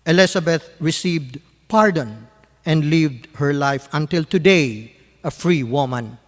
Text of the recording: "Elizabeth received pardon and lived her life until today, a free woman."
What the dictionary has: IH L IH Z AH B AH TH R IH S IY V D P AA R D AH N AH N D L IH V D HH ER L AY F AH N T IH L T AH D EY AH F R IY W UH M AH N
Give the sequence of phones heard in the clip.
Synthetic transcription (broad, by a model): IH L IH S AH B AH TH R IH S IY V D P AA R D AH N AH N D L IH V D HH ER L AY F AH N T IH L T AH D EY AH F R IY W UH M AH N